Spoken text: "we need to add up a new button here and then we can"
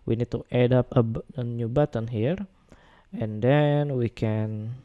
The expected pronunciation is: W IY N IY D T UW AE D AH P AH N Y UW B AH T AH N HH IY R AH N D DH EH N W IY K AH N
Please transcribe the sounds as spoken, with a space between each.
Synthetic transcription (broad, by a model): W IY N IY D T UW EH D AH B AH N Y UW B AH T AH N HH IY R AH N D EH N W IY K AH N